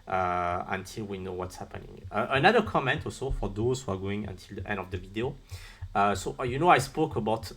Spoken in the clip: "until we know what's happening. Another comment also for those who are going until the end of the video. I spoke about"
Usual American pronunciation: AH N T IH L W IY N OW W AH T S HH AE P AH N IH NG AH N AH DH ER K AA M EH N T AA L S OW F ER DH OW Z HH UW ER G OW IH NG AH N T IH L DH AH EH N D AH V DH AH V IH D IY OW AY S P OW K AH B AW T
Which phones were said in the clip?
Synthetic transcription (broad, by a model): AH N T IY L W IY N OW W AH T S HH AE P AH N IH NG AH N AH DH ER K AA M EH N T AA L S OW F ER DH OW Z HH UW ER G OW IH NG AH N T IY L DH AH EH N D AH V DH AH V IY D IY OW AY S P OW K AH B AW T